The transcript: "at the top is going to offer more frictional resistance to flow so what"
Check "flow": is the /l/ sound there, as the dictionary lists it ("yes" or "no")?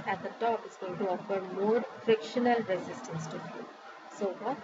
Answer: no